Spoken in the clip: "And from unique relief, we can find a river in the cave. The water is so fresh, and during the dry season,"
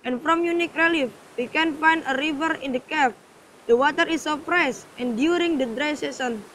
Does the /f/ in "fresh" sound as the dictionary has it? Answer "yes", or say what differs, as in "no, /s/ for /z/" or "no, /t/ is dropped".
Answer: no, /p/ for /f/